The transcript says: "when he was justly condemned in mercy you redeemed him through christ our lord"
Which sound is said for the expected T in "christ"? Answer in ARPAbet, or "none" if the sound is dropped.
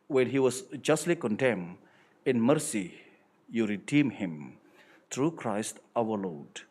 T